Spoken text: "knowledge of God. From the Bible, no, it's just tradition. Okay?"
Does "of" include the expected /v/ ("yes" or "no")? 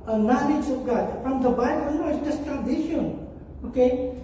no